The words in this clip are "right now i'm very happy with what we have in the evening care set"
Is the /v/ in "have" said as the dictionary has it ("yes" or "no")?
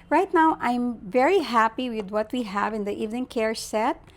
yes